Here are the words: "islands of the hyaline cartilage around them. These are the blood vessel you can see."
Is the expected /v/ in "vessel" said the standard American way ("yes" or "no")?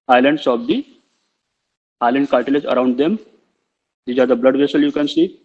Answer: yes